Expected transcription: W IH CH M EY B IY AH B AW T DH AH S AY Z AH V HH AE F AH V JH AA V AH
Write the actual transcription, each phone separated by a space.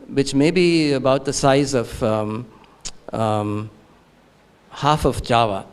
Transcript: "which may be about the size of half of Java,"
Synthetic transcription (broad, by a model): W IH CH M EY B IY AH B AW T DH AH S AY Z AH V HH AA F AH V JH AA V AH